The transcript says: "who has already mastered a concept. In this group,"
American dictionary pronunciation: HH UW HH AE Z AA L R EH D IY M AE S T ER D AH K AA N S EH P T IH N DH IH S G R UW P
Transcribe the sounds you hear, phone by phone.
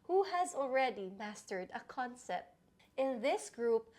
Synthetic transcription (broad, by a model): HH UW HH AE Z AA L R EH D IY M AE S T ER D AH K AA N S EH P T IH N DH IH S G R UW P